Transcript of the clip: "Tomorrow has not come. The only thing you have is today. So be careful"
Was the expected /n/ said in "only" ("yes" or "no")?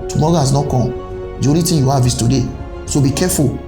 no